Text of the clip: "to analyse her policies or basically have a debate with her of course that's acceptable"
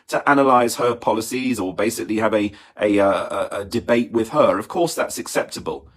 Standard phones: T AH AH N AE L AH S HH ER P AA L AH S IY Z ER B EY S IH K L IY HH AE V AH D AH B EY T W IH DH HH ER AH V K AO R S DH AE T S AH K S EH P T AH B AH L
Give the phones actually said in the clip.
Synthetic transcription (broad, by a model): T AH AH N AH L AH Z HH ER P AA L AH S IY Z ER B EY S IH K L IY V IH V AH D AH B EY T W IH DH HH ER AH V K AO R S DH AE T S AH K S EH P T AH B AH L